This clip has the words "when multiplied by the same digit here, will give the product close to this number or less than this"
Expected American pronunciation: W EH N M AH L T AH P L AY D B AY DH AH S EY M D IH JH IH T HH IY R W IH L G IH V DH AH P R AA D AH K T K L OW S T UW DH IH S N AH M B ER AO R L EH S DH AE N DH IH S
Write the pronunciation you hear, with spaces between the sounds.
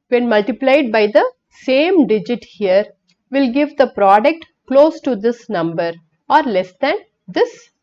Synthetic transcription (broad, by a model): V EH N M AH L T AH P L AY D B AY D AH S EY M D IH JH IH T HH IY R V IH L G IH V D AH P R AA D AH K T K L OW S T UW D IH S N AH M B ER AO R L EH S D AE N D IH S